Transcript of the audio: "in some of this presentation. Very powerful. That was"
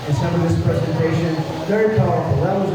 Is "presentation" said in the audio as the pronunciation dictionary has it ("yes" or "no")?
yes